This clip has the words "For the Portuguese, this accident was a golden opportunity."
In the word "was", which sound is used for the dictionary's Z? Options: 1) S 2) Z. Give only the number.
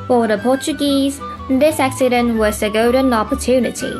1